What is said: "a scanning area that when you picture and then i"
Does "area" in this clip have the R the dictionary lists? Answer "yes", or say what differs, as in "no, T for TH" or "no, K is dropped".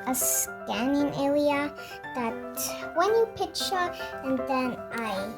no, L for R